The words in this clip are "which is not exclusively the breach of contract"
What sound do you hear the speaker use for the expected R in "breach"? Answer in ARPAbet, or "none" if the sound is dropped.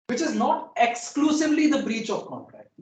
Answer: R